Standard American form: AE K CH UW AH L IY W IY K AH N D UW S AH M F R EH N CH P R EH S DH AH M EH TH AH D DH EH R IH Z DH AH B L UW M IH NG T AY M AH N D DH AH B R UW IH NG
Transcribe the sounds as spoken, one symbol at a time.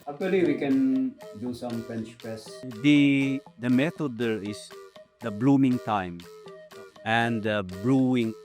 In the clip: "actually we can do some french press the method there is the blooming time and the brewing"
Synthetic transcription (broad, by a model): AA K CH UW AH L IY W IY K AH N D UW S AH M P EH N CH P EH S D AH M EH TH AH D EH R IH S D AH B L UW M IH NG T AY M AH N D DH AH B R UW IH NG